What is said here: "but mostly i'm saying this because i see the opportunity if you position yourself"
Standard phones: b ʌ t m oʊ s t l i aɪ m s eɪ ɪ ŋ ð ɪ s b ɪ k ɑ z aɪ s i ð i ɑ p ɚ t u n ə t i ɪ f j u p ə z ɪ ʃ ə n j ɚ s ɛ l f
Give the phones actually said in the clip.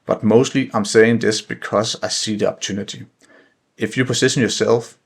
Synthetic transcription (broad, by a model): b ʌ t m oʊ s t l i aɪ m s eɪ ɪ ŋ ð ɪ s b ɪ k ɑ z aɪ s i ð i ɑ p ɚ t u n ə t i ɪ f j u p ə s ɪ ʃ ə n j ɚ s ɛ l f